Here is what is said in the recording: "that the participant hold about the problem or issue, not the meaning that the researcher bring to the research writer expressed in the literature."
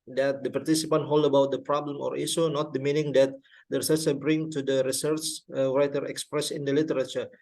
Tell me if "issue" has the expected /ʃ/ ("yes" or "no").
no